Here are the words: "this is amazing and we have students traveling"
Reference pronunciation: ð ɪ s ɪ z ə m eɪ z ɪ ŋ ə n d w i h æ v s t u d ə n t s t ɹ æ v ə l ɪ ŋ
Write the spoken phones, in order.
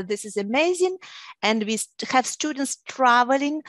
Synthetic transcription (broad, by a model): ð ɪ s ɪ z ə m eɪ z ɪ ŋ ə n d w i h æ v s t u d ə n t s t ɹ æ v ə l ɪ ŋ